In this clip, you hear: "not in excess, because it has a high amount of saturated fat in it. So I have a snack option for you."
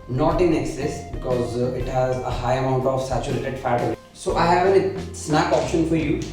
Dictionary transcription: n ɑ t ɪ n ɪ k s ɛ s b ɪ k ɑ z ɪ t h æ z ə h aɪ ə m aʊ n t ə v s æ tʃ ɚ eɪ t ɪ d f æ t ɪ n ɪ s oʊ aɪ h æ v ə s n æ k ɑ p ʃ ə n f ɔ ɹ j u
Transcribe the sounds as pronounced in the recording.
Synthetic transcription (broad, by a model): n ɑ t ɪ n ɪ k s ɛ s b ɪ k ɑ z ɪ t h æ z ə h aɪ ə m aʊ n t ə v s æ tʃ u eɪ t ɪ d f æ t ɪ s ɪ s aɪ h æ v ə s n æ k ɑ p ʃ ə n f ɔ ɹ j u